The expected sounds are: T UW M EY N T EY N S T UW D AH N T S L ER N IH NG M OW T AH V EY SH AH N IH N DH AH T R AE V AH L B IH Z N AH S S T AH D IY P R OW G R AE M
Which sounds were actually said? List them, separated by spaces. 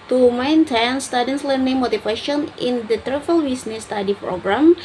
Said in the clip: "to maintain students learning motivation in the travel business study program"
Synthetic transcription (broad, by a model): T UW M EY N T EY N S T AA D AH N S L ER N IH NG M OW T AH F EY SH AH N IH N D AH T R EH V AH L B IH S N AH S S T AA D IY P R OW G R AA M